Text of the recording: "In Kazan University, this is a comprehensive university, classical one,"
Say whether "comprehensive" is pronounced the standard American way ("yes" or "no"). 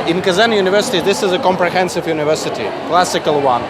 yes